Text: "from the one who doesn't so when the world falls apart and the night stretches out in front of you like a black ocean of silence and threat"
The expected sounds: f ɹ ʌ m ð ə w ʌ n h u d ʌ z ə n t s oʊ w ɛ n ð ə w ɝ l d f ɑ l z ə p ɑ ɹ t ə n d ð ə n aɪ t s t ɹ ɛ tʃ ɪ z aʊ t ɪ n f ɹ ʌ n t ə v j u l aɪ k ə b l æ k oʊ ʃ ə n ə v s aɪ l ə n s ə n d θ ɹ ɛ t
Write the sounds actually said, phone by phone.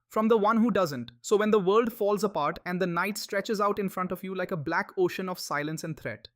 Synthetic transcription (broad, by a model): f ɹ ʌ m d ə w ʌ n h u d ʌ z ə n t s oʊ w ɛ n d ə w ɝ l d f ɑ l z ə p ɑ ɹ t ə n d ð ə n aɪ t s t ɹ ɛ tʃ ɪ z aʊ t ɪ n f ɹ ʌ n t ə v j u l aɪ k ə b l æ k oʊ ʃ ə n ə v s aɪ l ə n s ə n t ɹ ɛ t